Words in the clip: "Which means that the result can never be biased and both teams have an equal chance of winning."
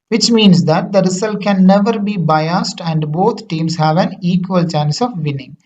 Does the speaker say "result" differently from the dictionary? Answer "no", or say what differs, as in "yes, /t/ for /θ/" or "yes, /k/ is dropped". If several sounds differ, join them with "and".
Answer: yes, /s/ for /z/